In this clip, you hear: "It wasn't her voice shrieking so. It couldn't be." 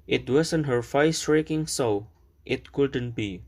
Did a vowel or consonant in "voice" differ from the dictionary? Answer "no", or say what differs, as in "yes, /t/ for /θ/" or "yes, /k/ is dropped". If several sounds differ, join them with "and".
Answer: yes, /f/ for /v/